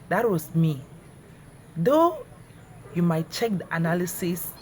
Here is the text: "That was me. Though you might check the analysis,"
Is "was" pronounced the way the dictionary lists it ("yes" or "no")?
no